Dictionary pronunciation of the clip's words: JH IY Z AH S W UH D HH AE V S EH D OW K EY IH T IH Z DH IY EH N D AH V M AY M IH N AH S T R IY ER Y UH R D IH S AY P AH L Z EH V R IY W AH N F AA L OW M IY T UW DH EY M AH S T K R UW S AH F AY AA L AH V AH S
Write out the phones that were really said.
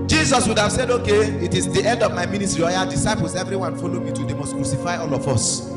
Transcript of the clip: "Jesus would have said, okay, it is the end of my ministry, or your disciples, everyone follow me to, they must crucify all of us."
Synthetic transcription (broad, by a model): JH IY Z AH S W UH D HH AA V S EH D OW K EY IH T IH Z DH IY EH N D AH V M AY M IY N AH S T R IY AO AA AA D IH S AY P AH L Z EH V R IY W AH N F AA L OW M IY T UW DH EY M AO S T K R UW S AH F AY AA L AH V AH S